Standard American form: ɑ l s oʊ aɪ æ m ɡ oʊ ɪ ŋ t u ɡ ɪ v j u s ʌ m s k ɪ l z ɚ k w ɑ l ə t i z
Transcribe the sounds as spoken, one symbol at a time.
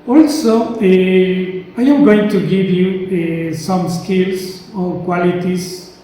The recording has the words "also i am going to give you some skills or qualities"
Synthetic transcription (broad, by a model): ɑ l s oʊ aɪ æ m ɡ oʊ ɪ ŋ t u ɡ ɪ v j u s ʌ m s k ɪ l s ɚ k w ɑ l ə t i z